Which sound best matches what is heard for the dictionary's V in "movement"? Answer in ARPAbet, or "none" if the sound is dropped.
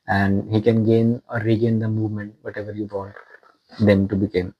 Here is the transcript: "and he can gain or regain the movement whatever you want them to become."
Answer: V